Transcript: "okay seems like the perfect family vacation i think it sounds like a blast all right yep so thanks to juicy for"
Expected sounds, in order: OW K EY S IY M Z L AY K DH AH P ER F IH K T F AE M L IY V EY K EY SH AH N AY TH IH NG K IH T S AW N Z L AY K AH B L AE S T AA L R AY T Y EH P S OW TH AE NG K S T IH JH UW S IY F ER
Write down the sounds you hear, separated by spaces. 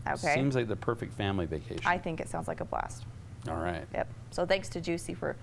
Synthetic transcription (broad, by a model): OW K EY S IY M Z L AY K DH AH P ER F IH K T F AE M L IY V EY K EY AH AY TH IH NG K IH T S AW N Z L AY K AH B L AE S T AA L R AY T Y EH P S OW TH AE NG K S T IH JH UW S IY F ER